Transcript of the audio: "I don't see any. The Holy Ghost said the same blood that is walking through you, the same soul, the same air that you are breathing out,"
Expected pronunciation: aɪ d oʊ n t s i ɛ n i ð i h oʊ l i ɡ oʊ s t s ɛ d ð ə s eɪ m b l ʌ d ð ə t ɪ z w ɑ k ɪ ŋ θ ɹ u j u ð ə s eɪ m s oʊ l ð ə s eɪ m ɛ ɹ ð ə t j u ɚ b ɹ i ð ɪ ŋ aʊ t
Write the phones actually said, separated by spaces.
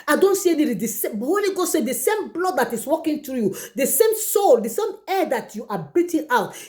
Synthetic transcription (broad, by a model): aɪ d oʊ n t s i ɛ n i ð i h oʊ l i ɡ oʊ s s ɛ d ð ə s eɪ m b l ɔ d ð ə t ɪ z w ɑ k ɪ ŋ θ ɹ u j u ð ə s eɪ m s oʊ l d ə s eɪ m ɛ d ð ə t j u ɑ b i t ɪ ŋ aʊ t